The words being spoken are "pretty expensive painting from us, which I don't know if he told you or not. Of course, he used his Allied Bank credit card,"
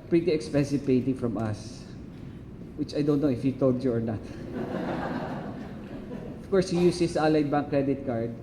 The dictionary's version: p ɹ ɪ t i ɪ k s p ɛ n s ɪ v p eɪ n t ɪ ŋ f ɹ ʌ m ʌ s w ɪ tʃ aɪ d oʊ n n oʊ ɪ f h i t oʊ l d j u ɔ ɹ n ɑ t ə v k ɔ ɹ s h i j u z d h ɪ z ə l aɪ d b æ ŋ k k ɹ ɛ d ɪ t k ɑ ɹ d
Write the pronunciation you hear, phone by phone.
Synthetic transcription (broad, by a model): p ɹ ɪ t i ɪ k s p ɛ n s ɪ v p eɪ n t ɪ ŋ f ɹ ʌ m ʌ s w ɪ tʃ aɪ d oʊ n n oʊ ɪ f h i t oʊ l d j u ɔ ɹ n ɑ t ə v k ɔ ɹ s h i j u s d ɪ s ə l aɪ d b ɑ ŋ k k ɹ ɛ d ɪ t k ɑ ɹ d